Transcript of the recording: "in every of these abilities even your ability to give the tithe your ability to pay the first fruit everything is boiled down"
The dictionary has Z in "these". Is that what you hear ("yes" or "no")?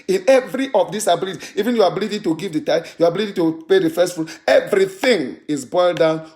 no